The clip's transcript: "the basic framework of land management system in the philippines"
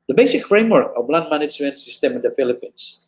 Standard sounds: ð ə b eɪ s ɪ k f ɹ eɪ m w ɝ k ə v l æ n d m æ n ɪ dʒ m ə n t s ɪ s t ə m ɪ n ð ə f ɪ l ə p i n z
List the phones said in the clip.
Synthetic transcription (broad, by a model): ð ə b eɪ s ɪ k f ɹ eɪ m w ɝ k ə b l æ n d m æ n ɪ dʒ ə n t s ɪ s t ə m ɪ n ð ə f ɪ l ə p i n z